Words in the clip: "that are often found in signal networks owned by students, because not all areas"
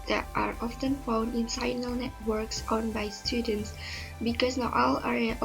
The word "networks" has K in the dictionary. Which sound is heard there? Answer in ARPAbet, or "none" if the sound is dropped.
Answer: K